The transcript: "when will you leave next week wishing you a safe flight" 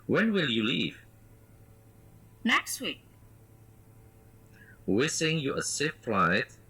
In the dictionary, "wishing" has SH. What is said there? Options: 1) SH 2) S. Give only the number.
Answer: 2